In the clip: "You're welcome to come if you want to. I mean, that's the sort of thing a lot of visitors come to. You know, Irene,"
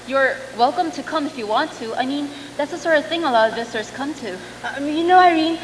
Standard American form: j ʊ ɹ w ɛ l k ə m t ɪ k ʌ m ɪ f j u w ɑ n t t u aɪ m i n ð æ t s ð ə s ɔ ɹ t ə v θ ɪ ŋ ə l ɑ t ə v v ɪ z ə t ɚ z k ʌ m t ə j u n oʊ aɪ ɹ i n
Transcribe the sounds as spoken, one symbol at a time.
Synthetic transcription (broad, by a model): j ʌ ɹ w ɛ l k ə m t ɪ k ʌ m ɪ f j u w ɑ n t t u aɪ m i n ð æ t s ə s ɔ ɹ t ə v θ ɪ ŋ ə l ɑ t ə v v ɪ s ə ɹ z k ʌ m t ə j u n oʊ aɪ ɹ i n